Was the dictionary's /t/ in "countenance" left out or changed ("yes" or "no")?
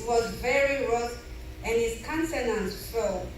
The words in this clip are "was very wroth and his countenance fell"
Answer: yes